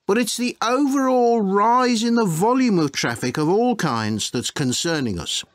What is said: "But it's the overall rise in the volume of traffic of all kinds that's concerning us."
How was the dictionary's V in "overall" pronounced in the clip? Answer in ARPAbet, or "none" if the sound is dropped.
V